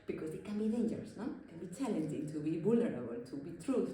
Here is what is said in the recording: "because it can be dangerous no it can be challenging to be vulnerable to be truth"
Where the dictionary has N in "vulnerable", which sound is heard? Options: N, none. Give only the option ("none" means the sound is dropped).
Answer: none